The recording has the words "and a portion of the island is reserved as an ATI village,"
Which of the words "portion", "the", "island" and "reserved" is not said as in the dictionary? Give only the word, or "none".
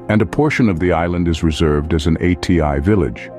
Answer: none